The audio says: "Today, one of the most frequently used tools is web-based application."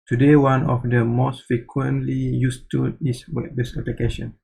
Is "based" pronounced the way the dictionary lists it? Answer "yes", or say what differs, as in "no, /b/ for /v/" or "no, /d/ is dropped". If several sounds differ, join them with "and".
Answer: no, /t/ is dropped